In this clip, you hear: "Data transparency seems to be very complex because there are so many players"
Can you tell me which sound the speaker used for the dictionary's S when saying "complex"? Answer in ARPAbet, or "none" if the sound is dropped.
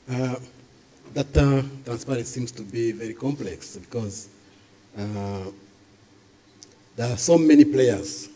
S